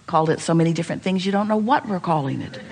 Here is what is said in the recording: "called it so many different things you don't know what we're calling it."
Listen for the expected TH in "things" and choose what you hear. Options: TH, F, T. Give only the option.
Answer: TH